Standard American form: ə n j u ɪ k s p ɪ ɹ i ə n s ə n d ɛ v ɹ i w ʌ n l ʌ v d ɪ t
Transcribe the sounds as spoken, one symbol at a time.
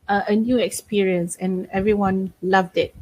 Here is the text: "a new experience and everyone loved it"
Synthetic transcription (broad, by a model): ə n j u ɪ k s p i ɹ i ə n s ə n ɛ v ɹ i w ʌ n l ʌ v d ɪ t